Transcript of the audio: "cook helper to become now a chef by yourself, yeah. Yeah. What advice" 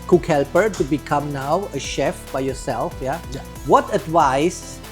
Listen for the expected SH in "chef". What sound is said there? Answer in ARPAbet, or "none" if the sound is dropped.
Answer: SH